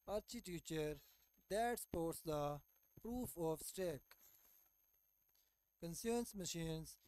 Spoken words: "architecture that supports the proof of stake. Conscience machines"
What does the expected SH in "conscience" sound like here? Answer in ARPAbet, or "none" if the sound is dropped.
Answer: S